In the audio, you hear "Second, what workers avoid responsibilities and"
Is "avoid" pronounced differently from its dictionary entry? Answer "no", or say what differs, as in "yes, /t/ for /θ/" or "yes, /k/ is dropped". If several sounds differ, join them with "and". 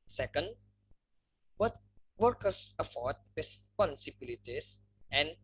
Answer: yes, /f/ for /v/